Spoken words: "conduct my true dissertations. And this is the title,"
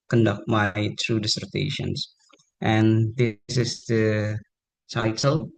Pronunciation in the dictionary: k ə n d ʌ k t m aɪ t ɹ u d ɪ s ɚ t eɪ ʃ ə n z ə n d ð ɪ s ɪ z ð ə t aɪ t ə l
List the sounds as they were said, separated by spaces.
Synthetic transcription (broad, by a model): k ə n d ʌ k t m aɪ t ɹ u d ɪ s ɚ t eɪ ʃ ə n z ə n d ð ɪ s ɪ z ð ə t aɪ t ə l